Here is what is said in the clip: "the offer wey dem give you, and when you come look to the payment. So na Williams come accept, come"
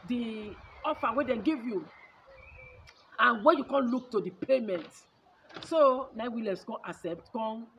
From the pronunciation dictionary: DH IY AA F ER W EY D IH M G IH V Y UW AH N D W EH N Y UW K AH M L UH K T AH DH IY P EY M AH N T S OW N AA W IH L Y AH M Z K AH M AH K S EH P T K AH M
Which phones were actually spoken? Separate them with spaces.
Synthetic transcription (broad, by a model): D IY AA F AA W EY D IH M G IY V Y UW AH N W EH N Y UW K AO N L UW K T AH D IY P EY M AH N T S OW N AA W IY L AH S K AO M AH S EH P T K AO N